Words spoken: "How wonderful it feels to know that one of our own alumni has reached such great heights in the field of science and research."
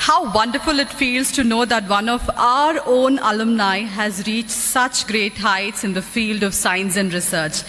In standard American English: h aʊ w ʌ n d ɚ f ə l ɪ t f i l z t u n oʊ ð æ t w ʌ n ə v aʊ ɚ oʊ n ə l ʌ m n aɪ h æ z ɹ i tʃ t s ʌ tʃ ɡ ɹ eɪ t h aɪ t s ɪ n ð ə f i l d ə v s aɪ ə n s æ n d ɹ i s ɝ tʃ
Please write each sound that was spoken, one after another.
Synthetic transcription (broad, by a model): h aʊ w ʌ n d ɚ f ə l ɪ t f i l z t u n oʊ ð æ t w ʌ n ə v aʊ ɚ oʊ n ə l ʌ m n aɪ h æ z ɹ i tʃ t s ʌ tʃ ɡ ɹ eɪ t h aɪ t s ɪ n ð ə f i l d ə v s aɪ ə n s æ n d ɹ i s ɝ tʃ